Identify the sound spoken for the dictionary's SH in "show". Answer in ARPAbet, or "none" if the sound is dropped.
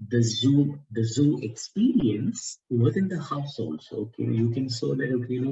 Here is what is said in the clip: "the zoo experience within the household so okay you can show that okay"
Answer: S